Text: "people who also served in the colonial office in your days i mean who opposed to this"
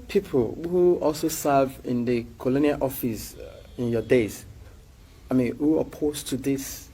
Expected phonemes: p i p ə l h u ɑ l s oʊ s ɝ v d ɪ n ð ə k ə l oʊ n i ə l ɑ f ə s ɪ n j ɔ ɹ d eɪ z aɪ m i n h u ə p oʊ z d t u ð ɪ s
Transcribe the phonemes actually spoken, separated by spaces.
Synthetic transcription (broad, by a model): p i p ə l h u ɑ l s oʊ s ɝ v ɪ n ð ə k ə l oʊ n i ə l ɑ f ə s ɪ n j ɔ d eɪ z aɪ m i n h u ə p oʊ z t u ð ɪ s